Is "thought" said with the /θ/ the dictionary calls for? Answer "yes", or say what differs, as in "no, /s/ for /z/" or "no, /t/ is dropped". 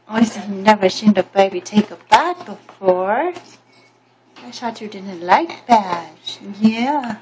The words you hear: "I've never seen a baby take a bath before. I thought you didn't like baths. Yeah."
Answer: no, /s/ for /θ/